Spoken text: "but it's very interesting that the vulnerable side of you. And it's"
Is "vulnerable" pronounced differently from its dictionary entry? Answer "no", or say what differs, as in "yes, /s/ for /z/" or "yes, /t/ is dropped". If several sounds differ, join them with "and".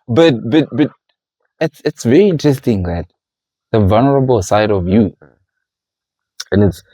no